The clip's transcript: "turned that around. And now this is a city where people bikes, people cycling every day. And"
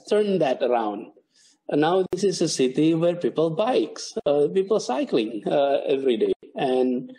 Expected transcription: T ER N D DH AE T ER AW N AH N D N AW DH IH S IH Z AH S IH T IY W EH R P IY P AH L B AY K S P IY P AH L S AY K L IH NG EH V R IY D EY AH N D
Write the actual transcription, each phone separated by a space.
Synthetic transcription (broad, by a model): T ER N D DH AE T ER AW AH N D N AW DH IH S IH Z AH S IH T IY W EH R P IY P AH L B AY K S P IY P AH L S AY K L IH NG EH V R IY D EY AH N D